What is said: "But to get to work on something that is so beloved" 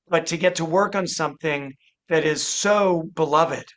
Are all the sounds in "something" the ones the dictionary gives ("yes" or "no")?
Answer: yes